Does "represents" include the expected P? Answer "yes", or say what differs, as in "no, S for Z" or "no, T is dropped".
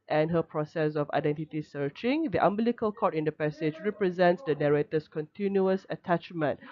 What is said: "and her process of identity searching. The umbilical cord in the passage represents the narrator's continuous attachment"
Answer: yes